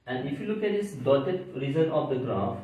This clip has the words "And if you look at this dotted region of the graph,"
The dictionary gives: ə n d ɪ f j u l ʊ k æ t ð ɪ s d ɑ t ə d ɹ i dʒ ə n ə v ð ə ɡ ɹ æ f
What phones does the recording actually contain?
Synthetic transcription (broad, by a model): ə n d ɪ f j u l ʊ k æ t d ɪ s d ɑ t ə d ɹ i z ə n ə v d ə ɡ ɹ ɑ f